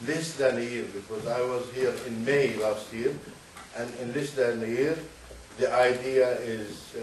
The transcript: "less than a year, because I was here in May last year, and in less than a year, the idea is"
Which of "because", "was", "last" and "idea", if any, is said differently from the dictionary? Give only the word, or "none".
none